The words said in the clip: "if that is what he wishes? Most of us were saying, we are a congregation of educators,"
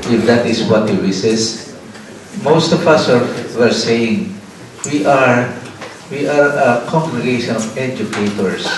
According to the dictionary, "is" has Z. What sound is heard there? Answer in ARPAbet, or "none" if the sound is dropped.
S